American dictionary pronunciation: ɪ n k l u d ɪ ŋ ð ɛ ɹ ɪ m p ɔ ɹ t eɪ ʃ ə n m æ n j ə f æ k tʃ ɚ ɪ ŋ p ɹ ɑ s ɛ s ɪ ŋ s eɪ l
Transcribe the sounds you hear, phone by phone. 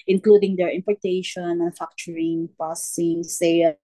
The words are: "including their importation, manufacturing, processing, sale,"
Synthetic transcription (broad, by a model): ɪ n k l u d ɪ ŋ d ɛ ɹ ɪ m p ɔ ɹ t eɪ ʃ ə n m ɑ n f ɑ k tʃ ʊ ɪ ŋ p ɑ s s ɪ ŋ s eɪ